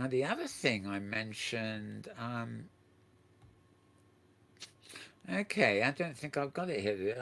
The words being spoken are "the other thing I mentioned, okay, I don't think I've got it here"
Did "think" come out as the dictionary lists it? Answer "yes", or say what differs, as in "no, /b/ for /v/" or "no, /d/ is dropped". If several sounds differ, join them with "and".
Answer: yes